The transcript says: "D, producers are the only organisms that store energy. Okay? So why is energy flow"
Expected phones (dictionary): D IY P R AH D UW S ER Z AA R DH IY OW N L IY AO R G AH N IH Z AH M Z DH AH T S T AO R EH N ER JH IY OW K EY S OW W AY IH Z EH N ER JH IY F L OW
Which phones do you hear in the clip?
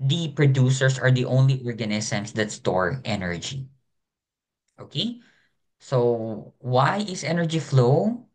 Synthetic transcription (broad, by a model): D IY P R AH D UW S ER S AA R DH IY OW N L IY AO R G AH N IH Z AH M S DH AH T S T AO R EH N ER JH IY OW K EY S OW W AY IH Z EH N ER JH IY F L OW